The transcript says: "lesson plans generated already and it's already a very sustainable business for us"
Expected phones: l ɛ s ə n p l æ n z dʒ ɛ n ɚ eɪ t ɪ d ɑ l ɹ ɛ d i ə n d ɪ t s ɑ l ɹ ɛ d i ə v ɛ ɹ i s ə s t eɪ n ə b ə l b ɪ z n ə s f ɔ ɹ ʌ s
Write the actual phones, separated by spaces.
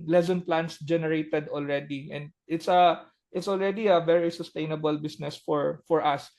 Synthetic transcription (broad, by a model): l ɛ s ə n p l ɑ n s dʒ ɛ n ɚ eɪ t ɪ d ɑ l ɹ ɛ d i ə n d ɪ t s ɑ l ɹ ɛ d i ə v ɛ ɹ i s ə s t eɪ n ə b ə l b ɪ s n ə s f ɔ ɹ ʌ s